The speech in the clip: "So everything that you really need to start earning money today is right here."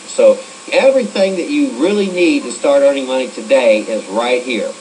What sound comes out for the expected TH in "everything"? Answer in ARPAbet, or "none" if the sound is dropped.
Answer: TH